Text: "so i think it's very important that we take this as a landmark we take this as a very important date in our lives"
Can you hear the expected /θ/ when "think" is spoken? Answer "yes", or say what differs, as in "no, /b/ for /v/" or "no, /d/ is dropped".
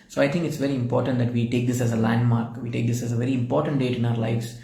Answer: no, /t/ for /θ/